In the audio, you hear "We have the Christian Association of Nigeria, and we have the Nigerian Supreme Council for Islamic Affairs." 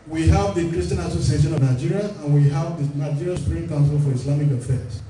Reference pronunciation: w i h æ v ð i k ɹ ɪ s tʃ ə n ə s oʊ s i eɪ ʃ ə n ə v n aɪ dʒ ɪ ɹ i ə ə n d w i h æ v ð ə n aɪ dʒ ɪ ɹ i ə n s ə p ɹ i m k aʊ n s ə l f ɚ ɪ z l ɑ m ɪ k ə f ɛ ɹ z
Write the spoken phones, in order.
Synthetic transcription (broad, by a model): w i h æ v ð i k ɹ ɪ s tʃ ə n ə s oʊ s i eɪ ʃ ə n ə v n aɪ dʒ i ɹ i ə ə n w i h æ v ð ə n aɪ dʒ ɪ ɹ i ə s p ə ɹ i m k aʊ n s ə l f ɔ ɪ s l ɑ m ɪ k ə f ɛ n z